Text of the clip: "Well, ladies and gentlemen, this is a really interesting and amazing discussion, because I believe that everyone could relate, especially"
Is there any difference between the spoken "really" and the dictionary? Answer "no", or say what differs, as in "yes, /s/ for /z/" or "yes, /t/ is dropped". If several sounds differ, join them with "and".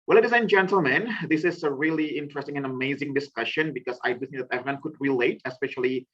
no